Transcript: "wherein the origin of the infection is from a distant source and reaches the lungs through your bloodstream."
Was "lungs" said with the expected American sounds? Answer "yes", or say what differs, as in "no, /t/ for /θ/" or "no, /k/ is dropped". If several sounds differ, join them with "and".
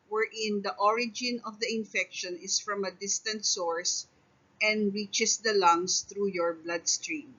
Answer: no, /s/ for /z/